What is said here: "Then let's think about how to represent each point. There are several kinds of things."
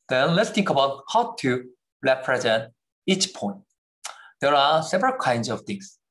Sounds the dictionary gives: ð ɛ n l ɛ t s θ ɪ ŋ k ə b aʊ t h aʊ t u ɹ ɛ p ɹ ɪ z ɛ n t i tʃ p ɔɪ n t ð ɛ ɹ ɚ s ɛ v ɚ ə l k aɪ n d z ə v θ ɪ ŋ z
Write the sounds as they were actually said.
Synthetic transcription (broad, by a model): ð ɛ n l ɛ t s t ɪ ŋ k ə b aʊ t h aʊ t u ɹ ɛ p ɹ ɪ z ɛ n t i tʃ p ɔɪ n t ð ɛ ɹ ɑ s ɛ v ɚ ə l k aɪ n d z ə v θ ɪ ŋ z